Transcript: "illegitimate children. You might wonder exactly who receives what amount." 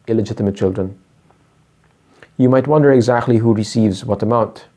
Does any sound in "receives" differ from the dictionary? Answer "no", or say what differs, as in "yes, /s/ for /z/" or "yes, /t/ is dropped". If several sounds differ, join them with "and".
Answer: no